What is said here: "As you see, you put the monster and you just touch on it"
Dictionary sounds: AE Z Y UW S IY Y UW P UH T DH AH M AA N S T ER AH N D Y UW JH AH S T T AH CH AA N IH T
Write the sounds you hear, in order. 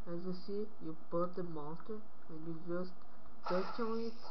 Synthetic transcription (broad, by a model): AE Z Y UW S IY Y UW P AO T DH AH M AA S T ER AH N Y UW JH AH S T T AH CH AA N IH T